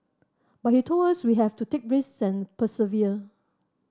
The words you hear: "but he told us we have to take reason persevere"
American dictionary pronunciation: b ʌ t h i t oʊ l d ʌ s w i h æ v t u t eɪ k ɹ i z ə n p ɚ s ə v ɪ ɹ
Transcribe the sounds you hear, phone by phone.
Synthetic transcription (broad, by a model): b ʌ t h i t oʊ l d ʌ s w i h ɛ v t u t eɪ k ɹ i s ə n p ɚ s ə v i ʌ